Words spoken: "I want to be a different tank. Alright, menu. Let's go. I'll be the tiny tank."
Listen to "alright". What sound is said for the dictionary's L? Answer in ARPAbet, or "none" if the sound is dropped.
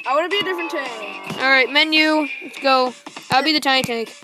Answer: L